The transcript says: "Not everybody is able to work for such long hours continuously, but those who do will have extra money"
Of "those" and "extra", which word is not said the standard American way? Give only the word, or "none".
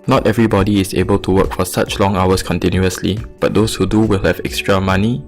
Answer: those